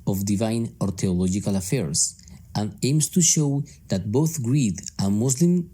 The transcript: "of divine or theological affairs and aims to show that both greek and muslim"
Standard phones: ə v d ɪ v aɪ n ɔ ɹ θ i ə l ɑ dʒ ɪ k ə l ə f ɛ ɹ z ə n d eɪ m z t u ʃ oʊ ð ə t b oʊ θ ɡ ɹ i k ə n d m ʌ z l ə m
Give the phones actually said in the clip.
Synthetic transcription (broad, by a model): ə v d ɪ v aɪ n ɔ ɹ t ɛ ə l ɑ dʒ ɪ k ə l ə f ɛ ɹ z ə n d eɪ m s t u ʃ oʊ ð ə t b oʊ θ ɡ ɹ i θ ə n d m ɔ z l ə m